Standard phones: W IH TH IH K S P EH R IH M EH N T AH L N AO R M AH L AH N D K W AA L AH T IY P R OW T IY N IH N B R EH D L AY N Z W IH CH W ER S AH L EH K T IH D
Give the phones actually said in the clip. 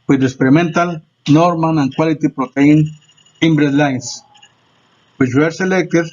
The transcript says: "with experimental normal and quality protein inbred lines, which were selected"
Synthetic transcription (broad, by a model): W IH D IH K S P EH R IH M EH N T AH L N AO R M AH N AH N K W AA L AH T IY P R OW T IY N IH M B R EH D L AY N S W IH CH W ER S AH L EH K T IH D